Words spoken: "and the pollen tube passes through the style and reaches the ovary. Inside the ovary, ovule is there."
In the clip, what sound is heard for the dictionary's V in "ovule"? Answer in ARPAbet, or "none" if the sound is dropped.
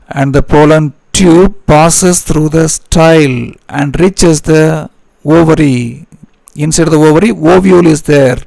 V